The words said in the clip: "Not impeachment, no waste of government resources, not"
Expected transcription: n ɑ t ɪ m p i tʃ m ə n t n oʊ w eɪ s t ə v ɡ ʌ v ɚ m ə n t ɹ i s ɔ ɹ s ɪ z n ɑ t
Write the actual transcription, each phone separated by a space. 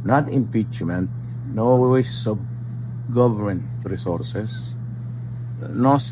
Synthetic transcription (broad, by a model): n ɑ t ɪ m p i tʃ m ə n t n oʊ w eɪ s ə b ɡ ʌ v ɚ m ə n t ɹ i s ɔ ɹ s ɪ s n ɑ